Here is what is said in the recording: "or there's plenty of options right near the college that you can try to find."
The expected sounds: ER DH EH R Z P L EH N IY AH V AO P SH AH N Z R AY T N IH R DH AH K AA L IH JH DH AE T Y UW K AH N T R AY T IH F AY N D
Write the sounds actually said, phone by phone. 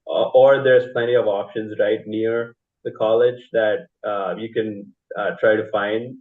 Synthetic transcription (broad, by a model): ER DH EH R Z P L EH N IY AH V AO P SH AH N Z R AY T N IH R DH AH K AA L IH JH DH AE T Y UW K AH N T R AY T IH F AY N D